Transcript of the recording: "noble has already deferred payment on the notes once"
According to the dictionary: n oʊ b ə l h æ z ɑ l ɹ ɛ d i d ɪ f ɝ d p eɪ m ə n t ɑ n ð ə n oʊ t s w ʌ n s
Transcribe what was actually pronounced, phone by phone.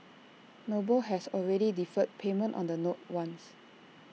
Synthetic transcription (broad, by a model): n oʊ b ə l h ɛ s ɑ l ɹ ɛ d i d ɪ f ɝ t p eɪ m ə n t ɑ n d ə n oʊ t w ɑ n s